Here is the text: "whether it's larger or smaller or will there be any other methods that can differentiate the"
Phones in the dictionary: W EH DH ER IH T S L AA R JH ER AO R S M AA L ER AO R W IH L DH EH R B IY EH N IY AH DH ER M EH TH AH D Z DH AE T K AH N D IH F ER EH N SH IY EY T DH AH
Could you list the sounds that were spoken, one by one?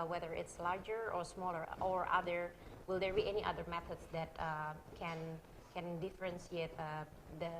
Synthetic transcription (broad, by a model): W EH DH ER IH T S L AA R JH ER AO R S M AA L ER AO R W IH L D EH R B IY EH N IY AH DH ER M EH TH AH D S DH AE T K AH N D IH F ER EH N S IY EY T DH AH